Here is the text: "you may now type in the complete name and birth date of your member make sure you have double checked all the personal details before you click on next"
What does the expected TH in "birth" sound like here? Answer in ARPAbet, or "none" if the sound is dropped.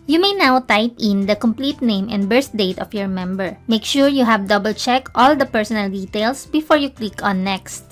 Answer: S